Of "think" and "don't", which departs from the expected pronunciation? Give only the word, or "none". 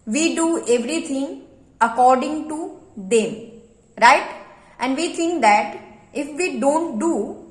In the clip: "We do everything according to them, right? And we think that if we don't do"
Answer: think